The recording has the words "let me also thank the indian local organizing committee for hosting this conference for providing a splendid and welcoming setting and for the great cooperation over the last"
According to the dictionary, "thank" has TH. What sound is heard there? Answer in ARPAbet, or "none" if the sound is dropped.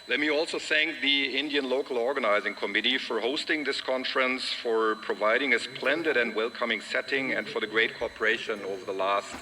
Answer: TH